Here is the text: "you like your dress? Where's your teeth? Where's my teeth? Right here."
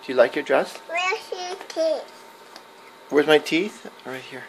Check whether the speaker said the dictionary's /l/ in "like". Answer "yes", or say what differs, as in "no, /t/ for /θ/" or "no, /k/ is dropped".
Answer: yes